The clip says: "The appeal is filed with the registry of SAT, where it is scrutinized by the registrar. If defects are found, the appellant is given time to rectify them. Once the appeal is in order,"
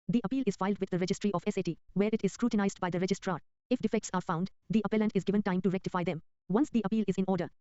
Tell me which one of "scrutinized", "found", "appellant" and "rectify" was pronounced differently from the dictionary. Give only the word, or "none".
none